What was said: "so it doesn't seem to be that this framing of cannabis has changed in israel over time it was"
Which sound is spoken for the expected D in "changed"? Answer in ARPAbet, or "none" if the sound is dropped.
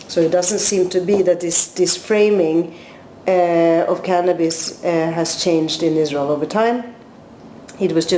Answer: D